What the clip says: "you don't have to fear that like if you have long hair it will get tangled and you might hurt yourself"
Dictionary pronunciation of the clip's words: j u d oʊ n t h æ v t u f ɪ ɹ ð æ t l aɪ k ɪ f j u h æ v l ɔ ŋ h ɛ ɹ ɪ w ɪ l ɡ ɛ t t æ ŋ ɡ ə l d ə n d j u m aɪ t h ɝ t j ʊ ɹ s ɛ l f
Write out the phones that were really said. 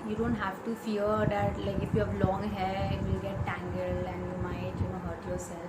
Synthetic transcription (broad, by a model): j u d oʊ n t h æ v t u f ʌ ɹ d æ t l aɪ k ɪ f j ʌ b l ɔ ŋ h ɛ ɪ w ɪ l ɡ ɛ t t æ ŋ ɡ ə l ə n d j u m aɪ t h ɝ t j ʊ ɹ s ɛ l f